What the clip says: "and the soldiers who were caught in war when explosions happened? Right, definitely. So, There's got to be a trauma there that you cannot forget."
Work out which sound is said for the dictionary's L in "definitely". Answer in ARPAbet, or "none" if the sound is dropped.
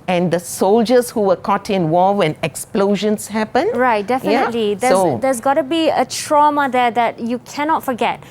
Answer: L